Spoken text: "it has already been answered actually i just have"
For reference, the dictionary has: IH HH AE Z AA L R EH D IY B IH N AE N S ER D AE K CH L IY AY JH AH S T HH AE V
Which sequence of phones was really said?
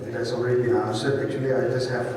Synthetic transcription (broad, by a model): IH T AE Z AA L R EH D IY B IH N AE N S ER AE K CH L IY AY JH AH S T HH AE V